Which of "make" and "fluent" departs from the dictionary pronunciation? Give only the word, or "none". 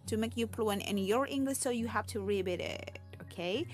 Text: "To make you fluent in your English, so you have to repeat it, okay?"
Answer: fluent